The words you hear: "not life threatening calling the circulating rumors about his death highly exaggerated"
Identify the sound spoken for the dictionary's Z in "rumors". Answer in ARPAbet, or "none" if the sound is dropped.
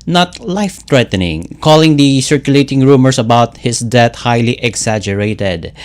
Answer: S